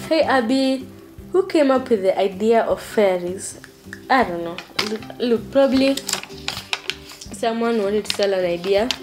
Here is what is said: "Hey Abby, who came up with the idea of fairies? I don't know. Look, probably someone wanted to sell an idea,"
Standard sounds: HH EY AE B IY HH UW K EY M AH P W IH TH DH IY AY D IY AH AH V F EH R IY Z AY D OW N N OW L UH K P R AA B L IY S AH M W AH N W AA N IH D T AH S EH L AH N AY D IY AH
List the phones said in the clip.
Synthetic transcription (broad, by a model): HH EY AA B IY HH UW K EY M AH P W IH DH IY AY D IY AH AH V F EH R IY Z AY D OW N N OW L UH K P R AA B L IY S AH M W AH N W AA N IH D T S EH L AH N AY D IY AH